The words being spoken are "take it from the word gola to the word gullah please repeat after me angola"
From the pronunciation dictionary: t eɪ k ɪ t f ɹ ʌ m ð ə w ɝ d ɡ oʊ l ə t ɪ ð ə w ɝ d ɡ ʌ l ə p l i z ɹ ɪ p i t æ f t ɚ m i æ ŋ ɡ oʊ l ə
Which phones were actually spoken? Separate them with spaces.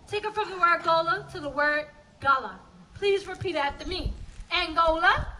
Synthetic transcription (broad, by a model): t eɪ k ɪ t f ɹ ʌ m ð ə w ɝ d ɡ oʊ l ə t ɪ ð ə w ɝ d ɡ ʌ l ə p l i z ɹ ɪ p i t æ t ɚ m i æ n ɡ oʊ l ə